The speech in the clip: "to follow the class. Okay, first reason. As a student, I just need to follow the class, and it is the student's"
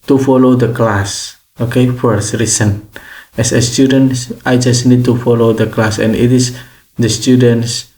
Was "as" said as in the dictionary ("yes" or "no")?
no